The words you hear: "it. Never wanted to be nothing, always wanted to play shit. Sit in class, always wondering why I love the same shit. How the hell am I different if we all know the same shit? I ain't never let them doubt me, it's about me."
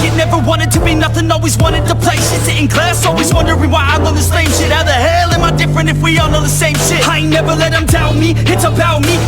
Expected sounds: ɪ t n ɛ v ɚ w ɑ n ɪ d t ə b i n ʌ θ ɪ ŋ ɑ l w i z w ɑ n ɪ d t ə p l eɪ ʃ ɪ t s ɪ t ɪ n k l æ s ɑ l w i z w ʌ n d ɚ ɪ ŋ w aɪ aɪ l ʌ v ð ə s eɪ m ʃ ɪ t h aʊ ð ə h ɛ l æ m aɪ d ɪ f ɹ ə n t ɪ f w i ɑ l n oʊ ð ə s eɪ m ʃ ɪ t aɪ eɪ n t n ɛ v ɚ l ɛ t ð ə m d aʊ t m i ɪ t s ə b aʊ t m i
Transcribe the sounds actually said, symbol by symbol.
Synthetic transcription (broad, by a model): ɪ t n ɛ v ɚ w ɑ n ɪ d t ə b i n ʌ θ ɪ ŋ ɑ l w i z w ɑ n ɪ d t ə p l eɪ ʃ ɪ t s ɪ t ɪ n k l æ s ɑ l w i z w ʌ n d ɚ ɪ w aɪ aɪ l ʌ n ð ə s eɪ m ʃ ɪ t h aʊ ð ə h ɛ l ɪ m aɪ d ɪ f ɹ ə n t ɪ f w i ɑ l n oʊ ð ə s eɪ m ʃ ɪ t aɪ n n ɛ v ɚ l ɛ t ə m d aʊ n m i ɪ t s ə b aʊ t m i